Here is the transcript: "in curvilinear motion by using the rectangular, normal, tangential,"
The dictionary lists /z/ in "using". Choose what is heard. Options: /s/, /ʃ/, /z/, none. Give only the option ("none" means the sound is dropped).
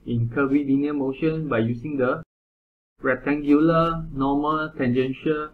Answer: /s/